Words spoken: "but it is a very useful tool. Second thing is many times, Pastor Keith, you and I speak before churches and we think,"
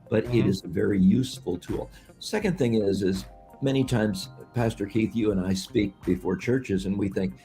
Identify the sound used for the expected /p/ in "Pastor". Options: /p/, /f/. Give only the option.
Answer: /p/